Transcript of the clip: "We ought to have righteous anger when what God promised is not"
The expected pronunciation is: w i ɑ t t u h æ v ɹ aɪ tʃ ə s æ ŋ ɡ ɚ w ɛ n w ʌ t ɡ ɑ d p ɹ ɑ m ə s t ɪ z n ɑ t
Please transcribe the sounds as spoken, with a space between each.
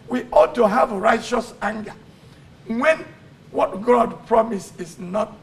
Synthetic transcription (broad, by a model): w i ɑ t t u h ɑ v ɹ aɪ tʃ ə s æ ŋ ɡ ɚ w ɛ n w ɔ t ɡ ɑ d p ɹ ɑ m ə s ɪ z n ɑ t